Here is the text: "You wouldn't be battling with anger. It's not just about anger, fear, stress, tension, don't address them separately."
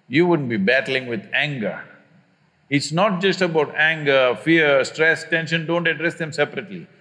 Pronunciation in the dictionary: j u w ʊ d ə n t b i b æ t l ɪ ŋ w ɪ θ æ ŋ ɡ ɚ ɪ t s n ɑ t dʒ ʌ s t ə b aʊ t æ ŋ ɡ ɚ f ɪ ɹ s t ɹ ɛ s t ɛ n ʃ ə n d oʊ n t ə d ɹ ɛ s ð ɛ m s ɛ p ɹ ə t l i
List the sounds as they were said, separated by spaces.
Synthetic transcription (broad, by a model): j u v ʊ d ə n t b i b æ t l ɪ ŋ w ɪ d æ ŋ ɡ ɚ ɪ t s n ɑ t dʒ ʌ s t ə b aʊ t æ ŋ ɡ ɚ f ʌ ɹ s t ɹ ɛ s t ɛ n ʃ ə n d oʊ n t ə d ɹ ɛ s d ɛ m s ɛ p ɹ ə t l i